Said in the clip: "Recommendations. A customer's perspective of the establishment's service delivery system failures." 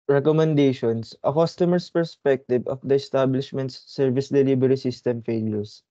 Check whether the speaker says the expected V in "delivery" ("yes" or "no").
no